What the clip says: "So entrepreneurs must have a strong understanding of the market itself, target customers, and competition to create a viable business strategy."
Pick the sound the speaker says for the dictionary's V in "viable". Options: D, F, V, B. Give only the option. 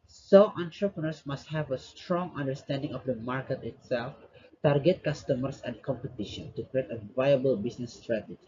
V